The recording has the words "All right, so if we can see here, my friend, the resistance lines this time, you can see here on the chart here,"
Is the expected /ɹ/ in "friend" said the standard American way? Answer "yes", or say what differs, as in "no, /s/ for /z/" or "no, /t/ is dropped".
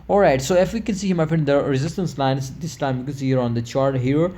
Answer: no, /ɹ/ is dropped